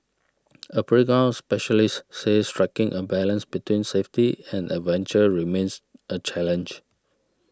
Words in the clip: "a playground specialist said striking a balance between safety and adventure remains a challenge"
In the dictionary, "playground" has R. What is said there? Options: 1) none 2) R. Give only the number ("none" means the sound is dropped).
1